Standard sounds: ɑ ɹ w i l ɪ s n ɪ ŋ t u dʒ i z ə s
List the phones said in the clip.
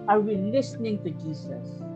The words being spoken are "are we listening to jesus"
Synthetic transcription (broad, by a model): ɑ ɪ w i l ɪ s n ɪ ŋ t u dʒ i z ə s